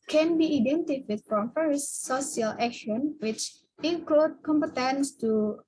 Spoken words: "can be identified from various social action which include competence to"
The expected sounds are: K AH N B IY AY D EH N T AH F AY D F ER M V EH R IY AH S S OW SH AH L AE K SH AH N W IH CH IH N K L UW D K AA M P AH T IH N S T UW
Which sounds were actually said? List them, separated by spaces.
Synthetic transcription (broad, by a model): K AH N B IY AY D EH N T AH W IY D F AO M F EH R S S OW S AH L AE K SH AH N W IH CH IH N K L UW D K AA M P AH T IH N S T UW